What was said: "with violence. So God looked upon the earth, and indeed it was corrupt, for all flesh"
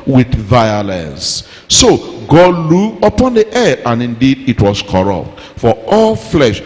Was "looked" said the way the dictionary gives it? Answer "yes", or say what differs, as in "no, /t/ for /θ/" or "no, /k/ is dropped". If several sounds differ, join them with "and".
no, /t/ is dropped